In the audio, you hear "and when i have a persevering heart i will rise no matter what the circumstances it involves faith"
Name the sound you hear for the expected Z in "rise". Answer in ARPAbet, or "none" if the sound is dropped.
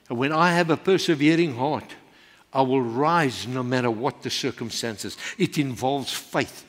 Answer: Z